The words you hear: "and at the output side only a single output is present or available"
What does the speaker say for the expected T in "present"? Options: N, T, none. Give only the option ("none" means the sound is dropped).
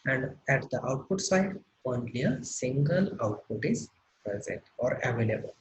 T